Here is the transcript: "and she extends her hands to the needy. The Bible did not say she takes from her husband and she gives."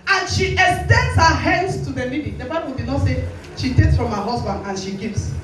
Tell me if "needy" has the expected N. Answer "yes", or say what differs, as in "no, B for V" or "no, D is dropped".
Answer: no, L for N